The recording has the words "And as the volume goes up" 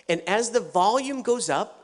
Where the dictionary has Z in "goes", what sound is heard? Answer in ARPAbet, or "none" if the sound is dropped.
Z